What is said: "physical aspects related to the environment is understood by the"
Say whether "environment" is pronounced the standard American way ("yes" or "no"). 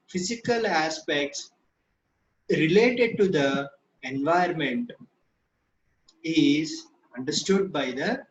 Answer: no